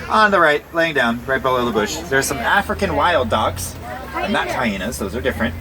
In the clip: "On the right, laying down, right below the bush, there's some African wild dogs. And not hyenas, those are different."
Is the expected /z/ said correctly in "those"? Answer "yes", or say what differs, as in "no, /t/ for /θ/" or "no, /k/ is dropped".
yes